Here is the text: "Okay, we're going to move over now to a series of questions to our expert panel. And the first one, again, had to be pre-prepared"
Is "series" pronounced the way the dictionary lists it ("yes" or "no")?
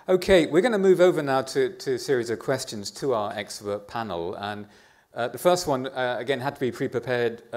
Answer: yes